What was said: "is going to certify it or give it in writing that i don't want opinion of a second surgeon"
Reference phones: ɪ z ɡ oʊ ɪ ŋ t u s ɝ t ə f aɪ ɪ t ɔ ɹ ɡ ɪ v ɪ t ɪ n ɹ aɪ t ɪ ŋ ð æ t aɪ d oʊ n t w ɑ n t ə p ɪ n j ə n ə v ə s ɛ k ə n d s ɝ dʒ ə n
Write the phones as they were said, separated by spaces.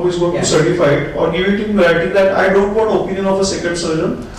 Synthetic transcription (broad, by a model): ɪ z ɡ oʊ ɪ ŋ t u s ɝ t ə f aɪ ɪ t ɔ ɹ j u ɪ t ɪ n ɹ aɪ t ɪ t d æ t aɪ d oʊ n t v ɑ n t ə p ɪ n j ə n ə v ə s ɛ k ə n d s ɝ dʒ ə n